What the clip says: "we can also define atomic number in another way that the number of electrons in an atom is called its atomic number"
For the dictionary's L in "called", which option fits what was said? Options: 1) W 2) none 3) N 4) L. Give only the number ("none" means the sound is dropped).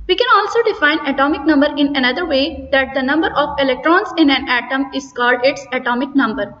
4